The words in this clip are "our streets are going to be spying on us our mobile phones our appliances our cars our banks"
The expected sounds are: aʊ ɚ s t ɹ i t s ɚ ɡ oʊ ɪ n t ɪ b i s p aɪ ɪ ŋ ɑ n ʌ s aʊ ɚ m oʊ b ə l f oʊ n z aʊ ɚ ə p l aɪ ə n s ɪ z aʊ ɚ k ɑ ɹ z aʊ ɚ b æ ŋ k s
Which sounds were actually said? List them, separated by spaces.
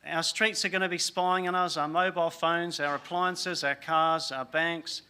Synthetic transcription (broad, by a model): aʊ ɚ s t ɹ i t s ɚ ɡ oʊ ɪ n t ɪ b i s p aɪ ɪ ŋ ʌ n ʌ s aʊ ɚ m oʊ b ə l f oʊ n z aʊ ɚ ə p l aɪ ə n s ɪ z aʊ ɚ k ɑ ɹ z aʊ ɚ b æ ŋ k s